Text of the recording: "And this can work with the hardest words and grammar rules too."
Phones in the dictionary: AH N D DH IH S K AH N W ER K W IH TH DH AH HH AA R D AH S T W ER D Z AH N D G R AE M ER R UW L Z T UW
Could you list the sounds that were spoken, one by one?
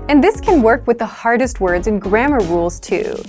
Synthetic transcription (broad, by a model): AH N DH IH S K AH N W ER K W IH DH AH HH AA R D AH S T W ER D Z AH N G R AE M ER R UW L Z T UW